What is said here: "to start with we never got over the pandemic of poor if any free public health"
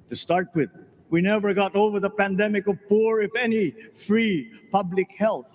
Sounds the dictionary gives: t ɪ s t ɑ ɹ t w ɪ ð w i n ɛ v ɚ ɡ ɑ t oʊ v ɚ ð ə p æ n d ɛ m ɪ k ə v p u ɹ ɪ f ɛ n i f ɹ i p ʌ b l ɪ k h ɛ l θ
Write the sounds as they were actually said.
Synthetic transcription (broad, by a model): t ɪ s t ɑ ɹ t w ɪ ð w i n ɛ v ɚ ɡ ɑ t oʊ v ɚ ð ə p æ n d ɛ m ɪ k ə v p u ɹ ɪ f ɛ n i f ɹ i p ʌ b l ɪ k h ɛ l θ